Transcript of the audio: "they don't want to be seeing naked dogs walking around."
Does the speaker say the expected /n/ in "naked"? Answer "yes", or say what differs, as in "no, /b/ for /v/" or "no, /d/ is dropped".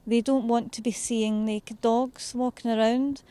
no, /l/ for /n/